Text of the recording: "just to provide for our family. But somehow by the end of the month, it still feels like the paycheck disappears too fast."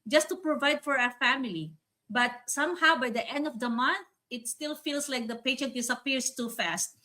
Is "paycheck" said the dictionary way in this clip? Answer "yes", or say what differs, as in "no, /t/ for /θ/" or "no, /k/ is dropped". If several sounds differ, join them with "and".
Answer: no, /ʃ/ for /tʃ/